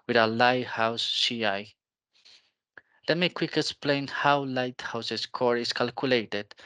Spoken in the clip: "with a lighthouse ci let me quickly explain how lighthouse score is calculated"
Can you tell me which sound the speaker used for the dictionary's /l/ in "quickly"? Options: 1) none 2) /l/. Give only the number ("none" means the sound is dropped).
1